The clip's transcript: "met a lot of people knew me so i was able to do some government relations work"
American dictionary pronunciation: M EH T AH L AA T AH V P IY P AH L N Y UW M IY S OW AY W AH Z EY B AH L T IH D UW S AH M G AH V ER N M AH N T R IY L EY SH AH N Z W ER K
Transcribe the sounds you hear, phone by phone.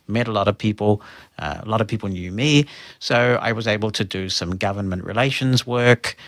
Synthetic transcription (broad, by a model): M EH T AH L AA T AH V P IY P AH L N Y UW M IY S OW AY W AH Z EY B AH L T IH D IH S AH M G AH V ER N M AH N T R IY L EY SH AH N Z W ER K